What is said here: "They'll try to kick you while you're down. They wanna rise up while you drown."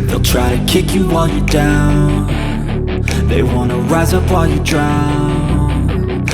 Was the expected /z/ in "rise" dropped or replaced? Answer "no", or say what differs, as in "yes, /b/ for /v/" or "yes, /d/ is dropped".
no